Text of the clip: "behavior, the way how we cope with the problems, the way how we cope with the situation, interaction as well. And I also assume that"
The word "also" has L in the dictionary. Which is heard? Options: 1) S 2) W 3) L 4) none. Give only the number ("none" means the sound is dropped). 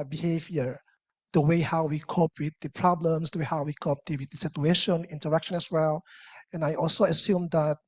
3